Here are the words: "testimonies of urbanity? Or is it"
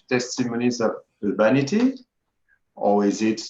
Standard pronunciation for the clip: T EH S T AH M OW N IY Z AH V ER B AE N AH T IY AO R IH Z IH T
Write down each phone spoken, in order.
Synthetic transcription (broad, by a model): T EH S T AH M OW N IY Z AH V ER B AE N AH T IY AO W IH Z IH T